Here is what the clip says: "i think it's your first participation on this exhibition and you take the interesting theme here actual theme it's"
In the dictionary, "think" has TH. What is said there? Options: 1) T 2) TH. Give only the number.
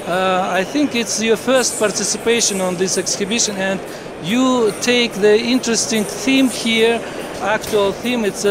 2